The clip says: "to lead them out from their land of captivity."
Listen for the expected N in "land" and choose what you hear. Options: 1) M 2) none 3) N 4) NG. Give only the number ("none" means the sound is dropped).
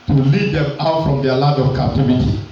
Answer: 2